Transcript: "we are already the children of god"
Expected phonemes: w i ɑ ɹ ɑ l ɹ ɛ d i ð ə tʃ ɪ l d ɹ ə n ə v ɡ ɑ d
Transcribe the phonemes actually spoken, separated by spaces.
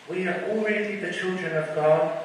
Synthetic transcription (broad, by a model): w i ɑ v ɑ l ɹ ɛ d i ð ə tʃ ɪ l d ɹ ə n ə v ɡ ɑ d